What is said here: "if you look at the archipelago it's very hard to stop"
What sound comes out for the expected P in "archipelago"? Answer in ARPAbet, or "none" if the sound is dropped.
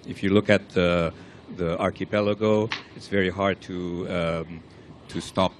P